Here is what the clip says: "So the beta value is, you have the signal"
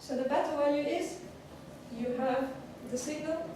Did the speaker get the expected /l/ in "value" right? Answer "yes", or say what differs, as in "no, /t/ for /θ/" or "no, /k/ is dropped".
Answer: no, /l/ is dropped